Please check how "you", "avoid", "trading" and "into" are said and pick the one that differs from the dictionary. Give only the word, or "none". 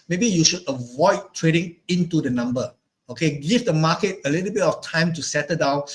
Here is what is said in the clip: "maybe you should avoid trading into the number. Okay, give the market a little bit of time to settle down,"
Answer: none